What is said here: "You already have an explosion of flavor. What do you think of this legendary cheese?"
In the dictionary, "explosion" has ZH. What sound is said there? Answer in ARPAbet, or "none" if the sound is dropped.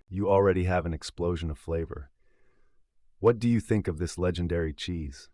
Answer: ZH